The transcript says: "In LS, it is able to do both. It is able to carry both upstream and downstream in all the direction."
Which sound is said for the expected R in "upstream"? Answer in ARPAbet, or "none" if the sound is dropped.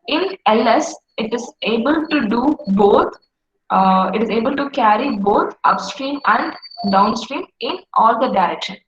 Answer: R